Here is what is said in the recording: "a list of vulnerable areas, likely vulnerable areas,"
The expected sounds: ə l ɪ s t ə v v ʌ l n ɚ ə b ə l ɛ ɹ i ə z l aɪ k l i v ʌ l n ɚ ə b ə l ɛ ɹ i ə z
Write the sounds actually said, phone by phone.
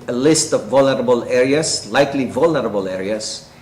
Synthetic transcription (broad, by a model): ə l ɪ s t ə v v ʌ l n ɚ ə b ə l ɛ ɹ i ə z l aɪ k l i v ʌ l n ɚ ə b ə l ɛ ɹ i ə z